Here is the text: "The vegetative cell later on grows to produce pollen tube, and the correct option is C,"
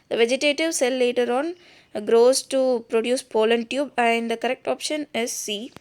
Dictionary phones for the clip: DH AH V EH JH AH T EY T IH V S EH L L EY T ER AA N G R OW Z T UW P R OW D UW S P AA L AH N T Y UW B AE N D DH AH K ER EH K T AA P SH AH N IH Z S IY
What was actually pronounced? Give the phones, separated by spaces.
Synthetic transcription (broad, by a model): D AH V EH JH AH T EY T IH V S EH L L EY T ER AA N G R OW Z T UW P R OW D UW S P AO L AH N T Y UW B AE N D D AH K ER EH K T AA P SH AH N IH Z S IY